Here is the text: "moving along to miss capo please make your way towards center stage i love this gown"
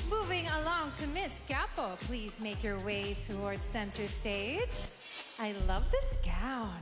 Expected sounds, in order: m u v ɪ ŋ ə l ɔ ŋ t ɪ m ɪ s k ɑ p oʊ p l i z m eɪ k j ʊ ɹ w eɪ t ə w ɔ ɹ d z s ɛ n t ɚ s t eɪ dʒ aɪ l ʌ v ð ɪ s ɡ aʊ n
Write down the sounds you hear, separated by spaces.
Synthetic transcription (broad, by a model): m u v ɪ ŋ ə l ɔ ŋ t ɪ m ɪ s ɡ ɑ p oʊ p l i z m eɪ k j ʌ ɹ w eɪ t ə w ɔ ɹ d s ɛ n t ɚ s t eɪ dʒ aɪ l ʌ v ð ɪ s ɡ aʊ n